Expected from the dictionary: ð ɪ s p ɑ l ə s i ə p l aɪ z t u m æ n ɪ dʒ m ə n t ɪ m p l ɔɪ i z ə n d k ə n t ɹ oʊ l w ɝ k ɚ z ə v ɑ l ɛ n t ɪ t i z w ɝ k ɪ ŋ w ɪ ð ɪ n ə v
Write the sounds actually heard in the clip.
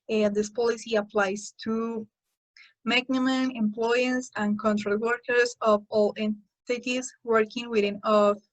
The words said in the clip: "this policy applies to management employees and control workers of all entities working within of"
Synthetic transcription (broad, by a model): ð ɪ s p ɑ l ə s i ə p l aɪ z t u m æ n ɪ m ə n ɪ m p l ɔɪ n s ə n k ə n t ɹ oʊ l w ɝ k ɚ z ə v ɑ l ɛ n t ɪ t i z w ɝ k ɪ ŋ w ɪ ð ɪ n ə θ